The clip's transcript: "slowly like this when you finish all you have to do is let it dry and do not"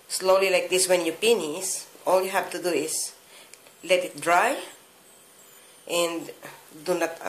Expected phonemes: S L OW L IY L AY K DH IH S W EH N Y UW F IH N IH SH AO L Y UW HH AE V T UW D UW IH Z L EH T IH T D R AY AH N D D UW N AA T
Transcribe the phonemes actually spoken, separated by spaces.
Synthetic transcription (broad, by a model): S L OW L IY L AY K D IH S W EH N Y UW P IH N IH S AO L Y UW HH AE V T UW D UW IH S L EH T IH T D R AY AH N D D UW N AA T